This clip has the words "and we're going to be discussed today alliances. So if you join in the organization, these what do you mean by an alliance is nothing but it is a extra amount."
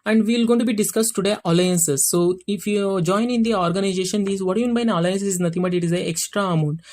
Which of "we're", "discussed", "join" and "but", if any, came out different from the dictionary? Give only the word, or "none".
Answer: we're